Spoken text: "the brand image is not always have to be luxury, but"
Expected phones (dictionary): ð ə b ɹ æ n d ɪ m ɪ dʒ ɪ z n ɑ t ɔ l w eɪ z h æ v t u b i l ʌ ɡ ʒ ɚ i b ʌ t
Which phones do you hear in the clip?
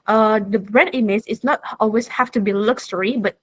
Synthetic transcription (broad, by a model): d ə b ɹ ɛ d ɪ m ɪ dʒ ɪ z n ɑ t ɔ l w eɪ s h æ f t u b i l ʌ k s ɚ i b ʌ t